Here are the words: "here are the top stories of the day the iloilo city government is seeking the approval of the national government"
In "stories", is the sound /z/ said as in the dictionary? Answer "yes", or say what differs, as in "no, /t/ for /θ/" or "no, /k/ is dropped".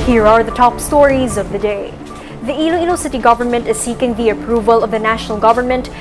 yes